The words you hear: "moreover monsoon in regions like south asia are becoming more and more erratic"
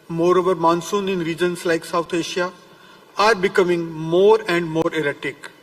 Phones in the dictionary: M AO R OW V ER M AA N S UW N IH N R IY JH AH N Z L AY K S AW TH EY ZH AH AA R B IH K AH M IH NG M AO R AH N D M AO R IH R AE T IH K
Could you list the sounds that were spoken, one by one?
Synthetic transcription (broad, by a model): M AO R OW V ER M AA N S UW N IH N R IY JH AH N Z L AY K S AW T EY SH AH AA R B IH K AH M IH NG M AO R AH N D M AO R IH R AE T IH K